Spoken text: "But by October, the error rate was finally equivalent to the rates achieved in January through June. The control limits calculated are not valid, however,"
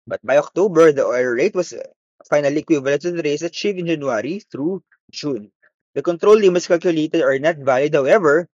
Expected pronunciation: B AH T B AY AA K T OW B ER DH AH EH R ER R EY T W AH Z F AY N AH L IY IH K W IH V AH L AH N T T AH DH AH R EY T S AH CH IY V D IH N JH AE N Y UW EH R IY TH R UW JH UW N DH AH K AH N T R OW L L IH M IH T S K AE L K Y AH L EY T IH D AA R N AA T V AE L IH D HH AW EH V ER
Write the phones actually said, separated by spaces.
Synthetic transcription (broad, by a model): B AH T B AY AA K T OW B ER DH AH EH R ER R EY T W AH S F AY N AH L IY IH K W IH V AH L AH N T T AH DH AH R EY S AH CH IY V IH N JH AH N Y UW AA R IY TH R UW JH UW N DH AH K AH N T R OW L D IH M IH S K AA L K Y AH L EY T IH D AA R N AA T V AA L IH D HH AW EH V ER